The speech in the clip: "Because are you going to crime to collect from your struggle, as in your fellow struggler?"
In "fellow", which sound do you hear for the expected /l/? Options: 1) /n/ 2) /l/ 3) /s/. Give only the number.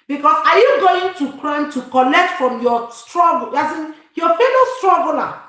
1